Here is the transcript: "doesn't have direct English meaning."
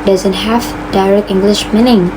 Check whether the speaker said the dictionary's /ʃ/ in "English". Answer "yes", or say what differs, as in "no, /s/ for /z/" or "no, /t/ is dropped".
yes